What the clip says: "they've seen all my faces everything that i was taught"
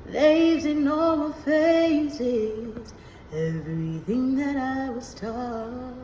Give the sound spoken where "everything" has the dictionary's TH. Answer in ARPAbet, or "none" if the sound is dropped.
TH